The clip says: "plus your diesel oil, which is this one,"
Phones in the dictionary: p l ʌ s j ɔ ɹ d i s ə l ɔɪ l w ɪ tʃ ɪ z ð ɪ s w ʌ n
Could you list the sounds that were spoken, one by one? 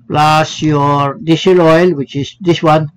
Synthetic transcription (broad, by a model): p l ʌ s j ɔ ɹ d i ʃ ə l ɔɪ l w ɪ tʃ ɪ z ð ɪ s w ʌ n